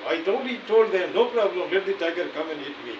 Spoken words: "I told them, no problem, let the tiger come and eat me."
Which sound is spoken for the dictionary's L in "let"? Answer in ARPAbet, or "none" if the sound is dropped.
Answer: L